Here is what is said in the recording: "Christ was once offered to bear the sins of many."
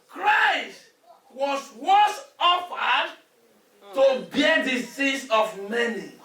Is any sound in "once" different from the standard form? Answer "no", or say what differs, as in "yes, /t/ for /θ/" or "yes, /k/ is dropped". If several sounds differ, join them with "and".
yes, /n/ is dropped